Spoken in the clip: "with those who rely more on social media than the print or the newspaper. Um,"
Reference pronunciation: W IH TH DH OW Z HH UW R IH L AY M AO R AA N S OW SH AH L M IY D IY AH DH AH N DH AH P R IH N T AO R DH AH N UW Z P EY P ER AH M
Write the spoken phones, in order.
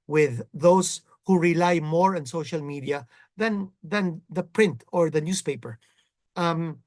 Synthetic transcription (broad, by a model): W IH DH OW S HH UW R IH L AY M AO R AA N S OW SH AH L M IY D IY AH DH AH N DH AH P R IH N T AO R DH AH N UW S P EY P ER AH M